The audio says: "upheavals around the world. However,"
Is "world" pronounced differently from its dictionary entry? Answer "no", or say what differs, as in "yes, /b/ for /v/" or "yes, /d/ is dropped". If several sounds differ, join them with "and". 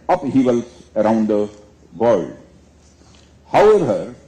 yes, /l/ is dropped